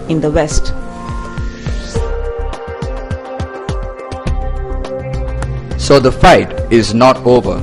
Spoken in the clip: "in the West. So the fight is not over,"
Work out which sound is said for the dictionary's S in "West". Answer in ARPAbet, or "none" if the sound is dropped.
S